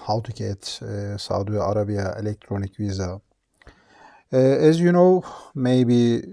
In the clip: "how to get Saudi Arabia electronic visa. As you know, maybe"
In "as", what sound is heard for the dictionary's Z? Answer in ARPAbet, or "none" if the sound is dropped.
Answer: Z